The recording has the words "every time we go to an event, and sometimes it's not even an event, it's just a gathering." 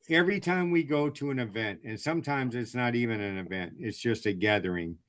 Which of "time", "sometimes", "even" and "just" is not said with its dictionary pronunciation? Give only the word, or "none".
none